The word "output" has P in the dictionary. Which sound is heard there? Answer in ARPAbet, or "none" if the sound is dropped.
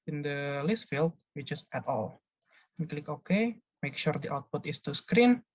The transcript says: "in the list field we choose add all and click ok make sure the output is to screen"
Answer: P